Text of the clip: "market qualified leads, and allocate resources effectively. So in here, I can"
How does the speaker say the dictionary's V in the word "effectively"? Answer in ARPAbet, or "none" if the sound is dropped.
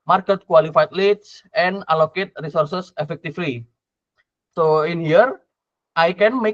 F